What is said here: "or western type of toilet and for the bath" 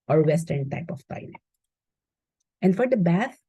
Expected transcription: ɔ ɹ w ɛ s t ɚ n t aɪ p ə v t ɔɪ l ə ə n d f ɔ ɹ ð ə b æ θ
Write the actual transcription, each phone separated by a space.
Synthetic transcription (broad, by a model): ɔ ɹ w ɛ s t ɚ n t aɪ p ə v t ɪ n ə ə n d f ɔ ɹ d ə b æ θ